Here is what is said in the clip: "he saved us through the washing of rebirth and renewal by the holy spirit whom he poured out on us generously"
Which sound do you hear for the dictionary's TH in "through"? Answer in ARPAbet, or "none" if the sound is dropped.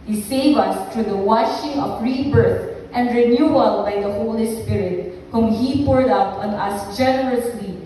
T